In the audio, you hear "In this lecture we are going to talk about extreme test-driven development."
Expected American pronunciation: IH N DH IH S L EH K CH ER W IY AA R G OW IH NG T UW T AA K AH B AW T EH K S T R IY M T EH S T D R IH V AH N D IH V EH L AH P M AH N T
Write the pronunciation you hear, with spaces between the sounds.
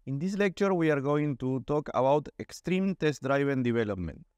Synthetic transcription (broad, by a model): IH N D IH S L EH K CH ER W IY AA R G OW IH NG T UW T AA K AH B AW T EH K S T R IY M T EH S T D R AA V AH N D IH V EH L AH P M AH N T